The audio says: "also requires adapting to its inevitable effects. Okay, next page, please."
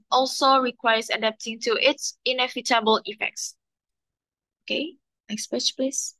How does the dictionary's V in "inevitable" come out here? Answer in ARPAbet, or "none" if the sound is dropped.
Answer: F